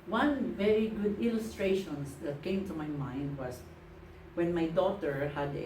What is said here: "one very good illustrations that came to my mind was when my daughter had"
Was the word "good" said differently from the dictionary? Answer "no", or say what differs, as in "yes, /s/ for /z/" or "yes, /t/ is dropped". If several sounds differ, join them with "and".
no